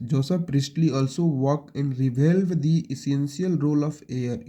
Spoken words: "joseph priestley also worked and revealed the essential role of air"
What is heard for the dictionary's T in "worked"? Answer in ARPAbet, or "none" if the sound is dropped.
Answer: none